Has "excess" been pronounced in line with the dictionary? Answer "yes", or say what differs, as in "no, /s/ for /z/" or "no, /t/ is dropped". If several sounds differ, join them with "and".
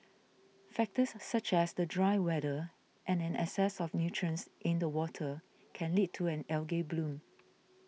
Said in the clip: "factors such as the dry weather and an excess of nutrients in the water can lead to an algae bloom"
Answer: no, /k/ is dropped